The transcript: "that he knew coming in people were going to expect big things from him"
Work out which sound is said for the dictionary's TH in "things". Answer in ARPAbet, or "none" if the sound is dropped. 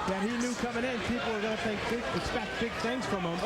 TH